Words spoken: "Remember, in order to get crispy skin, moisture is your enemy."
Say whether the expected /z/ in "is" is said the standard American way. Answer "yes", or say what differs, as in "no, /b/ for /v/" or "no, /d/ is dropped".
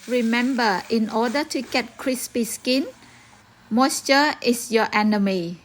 no, /s/ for /z/